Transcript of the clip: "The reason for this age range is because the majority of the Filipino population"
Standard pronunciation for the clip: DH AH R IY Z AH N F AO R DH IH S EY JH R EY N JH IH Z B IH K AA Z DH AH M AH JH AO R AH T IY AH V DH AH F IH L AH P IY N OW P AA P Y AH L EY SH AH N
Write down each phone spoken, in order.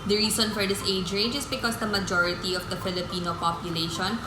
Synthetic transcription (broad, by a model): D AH R IY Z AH N F AO R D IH S EY JH R EY JH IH S B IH K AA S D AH M AH JH AO R AH T IY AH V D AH F IH L AH P IY N OW P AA P Y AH L EY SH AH N